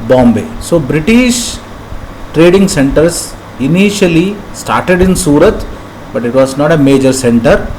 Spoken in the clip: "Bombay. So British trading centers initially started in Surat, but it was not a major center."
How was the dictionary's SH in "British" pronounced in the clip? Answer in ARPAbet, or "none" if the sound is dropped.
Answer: SH